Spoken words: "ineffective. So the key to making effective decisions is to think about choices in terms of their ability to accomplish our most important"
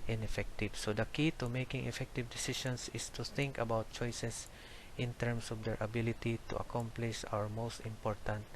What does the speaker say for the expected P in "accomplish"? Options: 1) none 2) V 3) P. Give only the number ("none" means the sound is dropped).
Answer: 3